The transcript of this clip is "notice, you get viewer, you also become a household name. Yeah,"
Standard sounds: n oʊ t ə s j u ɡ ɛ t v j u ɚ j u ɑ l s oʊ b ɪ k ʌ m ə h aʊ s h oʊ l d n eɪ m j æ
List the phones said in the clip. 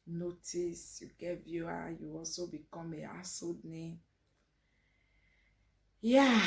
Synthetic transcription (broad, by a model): n oʊ t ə s j u ɡ ɛ t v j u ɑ j u ɑ l s oʊ b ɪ k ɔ m ə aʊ s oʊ d n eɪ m j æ